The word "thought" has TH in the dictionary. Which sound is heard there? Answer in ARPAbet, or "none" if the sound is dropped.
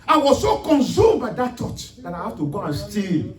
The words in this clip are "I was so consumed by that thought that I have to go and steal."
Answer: T